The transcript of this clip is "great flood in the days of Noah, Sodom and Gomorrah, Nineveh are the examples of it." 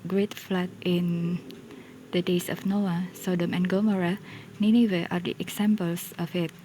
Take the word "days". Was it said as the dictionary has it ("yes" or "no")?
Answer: no